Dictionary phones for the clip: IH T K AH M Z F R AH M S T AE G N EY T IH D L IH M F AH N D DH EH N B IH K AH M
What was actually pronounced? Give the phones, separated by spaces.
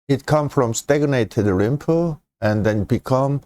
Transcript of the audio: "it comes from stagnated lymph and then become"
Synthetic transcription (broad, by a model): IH T K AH M F R AH M S T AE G N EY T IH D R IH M P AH N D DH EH N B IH K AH M